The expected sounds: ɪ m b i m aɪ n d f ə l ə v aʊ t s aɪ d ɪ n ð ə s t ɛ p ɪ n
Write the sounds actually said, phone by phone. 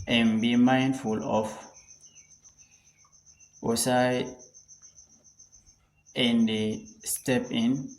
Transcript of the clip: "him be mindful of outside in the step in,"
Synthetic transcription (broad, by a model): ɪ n b i m aɪ n d f ə l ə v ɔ s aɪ ɪ n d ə s t ɛ p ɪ n